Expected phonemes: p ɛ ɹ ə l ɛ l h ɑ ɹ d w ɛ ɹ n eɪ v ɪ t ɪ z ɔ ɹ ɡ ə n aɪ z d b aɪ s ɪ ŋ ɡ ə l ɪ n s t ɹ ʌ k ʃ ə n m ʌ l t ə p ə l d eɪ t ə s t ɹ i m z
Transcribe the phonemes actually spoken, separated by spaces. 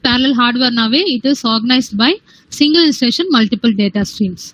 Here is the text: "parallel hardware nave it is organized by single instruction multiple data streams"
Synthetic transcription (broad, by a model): p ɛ ɹ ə l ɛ l h ɑ ɹ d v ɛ ɹ n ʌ v ɪ t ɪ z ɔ ɹ ɡ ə n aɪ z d b aɪ s ɪ ŋ ɡ ə l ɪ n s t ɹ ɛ ʃ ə n m ʌ l t ə p ə l d eɪ t ə s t ɹ i m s